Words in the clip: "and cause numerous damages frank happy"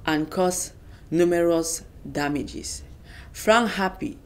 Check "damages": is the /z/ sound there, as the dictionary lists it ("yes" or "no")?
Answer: no